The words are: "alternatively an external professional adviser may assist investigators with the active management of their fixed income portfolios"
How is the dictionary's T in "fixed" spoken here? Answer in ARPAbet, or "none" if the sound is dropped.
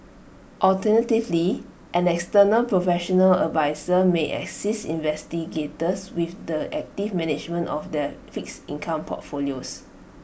none